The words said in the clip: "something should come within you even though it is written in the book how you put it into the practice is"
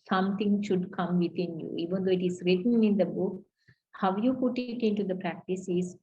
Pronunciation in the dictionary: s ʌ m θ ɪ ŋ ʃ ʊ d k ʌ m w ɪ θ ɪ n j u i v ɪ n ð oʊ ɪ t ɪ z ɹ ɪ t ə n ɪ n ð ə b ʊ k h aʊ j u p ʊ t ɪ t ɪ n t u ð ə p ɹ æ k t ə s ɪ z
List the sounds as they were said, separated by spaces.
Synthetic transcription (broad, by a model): s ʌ m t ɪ ŋ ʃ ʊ d k ʌ m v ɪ t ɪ n j u i v ɪ n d oʊ ɪ t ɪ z ɹ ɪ t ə n ɪ n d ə b ʊ k h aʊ j u p ʊ t ɪ t ɪ n t u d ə p ɹ æ k t ə s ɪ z